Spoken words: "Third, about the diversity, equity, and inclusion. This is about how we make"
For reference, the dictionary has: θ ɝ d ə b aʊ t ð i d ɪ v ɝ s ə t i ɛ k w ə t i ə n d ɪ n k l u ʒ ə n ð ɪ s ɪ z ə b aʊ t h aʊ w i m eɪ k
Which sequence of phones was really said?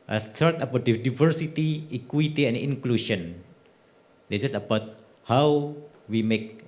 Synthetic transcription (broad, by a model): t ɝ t ə b aʊ t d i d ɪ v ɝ s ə t i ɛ k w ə t i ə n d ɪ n k l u ʃ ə n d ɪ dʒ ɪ s ə b aʊ t h aʊ w i m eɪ k